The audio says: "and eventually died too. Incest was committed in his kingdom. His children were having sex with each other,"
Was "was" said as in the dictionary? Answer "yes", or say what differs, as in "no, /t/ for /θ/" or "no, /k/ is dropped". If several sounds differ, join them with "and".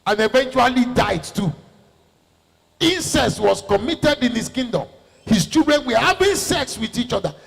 no, /s/ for /z/